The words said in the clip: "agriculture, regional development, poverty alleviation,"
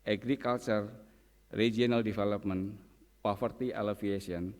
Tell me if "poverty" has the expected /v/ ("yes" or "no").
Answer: no